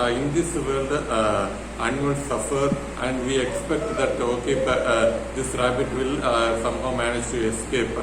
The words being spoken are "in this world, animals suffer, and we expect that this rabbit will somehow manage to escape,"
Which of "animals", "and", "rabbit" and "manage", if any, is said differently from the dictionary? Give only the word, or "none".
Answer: animals